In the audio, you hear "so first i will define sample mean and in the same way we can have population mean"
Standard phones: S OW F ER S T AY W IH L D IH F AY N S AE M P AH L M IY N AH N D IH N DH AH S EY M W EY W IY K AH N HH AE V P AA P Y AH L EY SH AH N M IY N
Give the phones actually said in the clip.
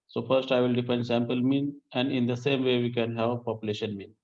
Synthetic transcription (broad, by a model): S OW F ER S T AY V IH L D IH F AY N S AE M P AH L M IY N AH N D IH N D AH S EY M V EY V IY K AH N HH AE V P AA P Y AH L EY SH AH N M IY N